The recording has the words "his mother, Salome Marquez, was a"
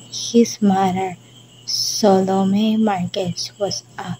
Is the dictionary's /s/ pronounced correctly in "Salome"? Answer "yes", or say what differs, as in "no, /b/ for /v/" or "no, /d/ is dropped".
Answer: yes